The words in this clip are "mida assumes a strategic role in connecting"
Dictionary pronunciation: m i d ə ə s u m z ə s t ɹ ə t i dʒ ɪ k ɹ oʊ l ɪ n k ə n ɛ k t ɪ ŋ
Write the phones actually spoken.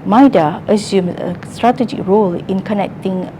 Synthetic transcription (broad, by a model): m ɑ d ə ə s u m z ə s t ɹ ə t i dʒ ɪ k ɹ oʊ l ɪ n k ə n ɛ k t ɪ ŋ